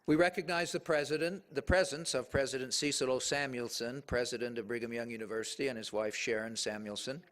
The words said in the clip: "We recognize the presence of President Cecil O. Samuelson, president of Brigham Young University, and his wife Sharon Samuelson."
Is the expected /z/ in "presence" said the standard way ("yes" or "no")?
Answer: yes